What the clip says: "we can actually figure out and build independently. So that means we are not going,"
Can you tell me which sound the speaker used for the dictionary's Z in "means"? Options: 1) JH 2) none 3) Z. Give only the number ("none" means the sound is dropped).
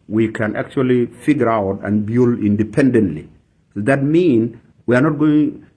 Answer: 2